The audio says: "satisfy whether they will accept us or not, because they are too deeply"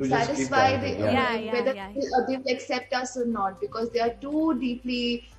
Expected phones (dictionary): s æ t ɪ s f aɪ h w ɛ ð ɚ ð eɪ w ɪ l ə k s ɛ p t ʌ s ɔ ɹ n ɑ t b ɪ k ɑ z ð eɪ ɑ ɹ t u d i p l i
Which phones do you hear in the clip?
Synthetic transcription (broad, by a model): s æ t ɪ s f aɪ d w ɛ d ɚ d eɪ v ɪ l ə k s ɛ p t ʌ s ɔ ɹ n ɑ t b ɪ k ɑ z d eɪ ɑ ɹ t u d i p l i